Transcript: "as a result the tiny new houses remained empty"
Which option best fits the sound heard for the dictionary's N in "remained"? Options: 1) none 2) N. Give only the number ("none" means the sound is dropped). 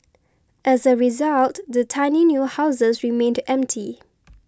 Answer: 2